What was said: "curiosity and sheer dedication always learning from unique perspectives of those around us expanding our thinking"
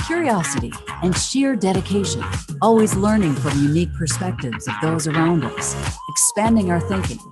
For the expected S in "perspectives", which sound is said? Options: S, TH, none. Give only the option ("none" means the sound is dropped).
S